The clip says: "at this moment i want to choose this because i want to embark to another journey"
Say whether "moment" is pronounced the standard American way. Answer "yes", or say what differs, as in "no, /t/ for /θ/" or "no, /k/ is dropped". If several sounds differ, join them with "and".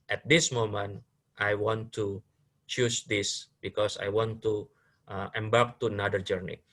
yes